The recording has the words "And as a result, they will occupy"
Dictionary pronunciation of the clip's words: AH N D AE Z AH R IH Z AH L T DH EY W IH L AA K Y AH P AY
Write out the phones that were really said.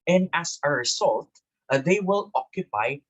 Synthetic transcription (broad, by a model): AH N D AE S AH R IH S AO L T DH EY W IH L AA K Y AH P AY